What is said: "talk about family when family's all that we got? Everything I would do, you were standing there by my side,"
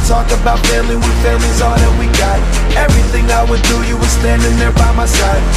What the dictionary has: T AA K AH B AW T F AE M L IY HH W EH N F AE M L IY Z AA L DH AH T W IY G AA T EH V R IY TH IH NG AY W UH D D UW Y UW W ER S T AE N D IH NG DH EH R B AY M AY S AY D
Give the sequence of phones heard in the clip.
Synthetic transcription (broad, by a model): T AA K AH B AW T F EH L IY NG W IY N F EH L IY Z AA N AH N W IY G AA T EH V R IY TH IH NG AY W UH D D UW Y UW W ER S T AE N D IH NG DH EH R B AY M AY S AY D